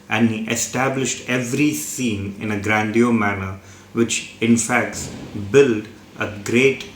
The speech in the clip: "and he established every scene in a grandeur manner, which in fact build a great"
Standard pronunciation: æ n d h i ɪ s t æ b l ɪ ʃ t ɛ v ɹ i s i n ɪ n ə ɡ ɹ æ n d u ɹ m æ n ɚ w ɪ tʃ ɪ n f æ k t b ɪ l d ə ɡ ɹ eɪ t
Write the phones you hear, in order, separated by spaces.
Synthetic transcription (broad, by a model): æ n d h i ɪ s t æ b l ɪ ʃ t ɛ v ɹ i s i n ɪ n ə ɡ ɹ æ n d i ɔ m æ n ɚ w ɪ tʃ ɪ n f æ k t b ɪ l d ə ɡ ɹ eɪ t